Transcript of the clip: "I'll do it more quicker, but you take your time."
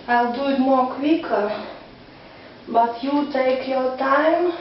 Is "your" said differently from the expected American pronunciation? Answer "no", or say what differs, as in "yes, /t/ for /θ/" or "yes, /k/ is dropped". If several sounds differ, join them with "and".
yes, /w/ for /ɹ/